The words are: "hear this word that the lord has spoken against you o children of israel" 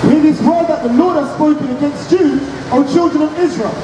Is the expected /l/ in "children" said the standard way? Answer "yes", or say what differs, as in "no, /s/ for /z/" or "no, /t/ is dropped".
yes